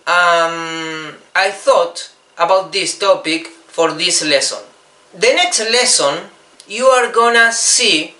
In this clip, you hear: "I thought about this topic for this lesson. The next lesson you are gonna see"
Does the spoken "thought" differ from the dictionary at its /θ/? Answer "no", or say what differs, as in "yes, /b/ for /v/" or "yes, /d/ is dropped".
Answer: no